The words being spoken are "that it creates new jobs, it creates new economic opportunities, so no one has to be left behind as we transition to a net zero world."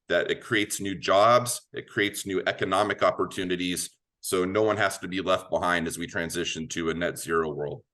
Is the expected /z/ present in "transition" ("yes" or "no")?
yes